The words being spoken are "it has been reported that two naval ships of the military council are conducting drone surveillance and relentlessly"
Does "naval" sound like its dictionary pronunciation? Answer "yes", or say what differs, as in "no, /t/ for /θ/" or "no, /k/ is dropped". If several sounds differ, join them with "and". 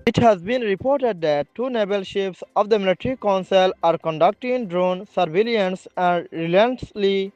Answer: no, /b/ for /v/